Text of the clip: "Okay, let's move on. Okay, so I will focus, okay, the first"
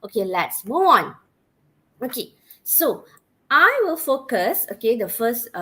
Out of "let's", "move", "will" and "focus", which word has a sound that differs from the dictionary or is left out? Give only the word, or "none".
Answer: move